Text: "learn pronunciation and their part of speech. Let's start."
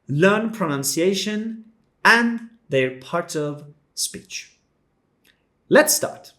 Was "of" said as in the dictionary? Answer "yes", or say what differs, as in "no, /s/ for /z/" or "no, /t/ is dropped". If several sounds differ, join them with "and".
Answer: yes